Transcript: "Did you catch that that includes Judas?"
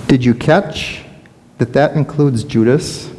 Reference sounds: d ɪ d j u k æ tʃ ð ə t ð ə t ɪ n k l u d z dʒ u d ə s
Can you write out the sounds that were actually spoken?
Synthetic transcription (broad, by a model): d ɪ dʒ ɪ k æ tʃ ð ə t ð ə t ɪ n k l u d z dʒ u d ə s